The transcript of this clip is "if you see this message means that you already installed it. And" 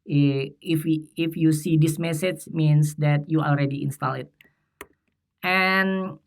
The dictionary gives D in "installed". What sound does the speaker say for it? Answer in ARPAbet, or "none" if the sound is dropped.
none